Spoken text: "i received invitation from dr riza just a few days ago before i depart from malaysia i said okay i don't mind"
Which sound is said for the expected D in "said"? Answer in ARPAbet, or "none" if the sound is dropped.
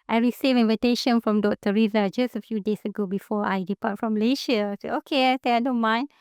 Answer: none